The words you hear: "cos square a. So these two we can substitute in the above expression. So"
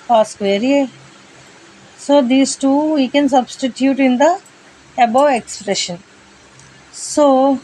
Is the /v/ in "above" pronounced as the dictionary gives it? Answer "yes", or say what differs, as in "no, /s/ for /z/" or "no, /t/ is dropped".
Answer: no, /v/ is dropped